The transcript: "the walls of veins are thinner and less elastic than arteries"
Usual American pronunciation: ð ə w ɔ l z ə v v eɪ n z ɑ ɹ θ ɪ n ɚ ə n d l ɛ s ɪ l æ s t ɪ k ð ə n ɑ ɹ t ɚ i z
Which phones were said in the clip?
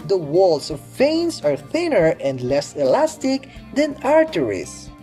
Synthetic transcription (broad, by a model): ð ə w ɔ l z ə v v eɪ n s ɑ ɹ θ ɪ n ɚ ə n d l ɛ s ɪ l æ s t ɪ k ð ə n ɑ ɹ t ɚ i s